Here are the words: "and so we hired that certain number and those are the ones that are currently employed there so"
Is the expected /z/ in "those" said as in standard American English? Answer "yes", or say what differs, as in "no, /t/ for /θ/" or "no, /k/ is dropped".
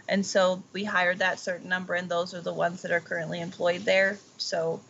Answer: yes